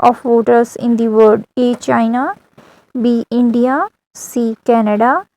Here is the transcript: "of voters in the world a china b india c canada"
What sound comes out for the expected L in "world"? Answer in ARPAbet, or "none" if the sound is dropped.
none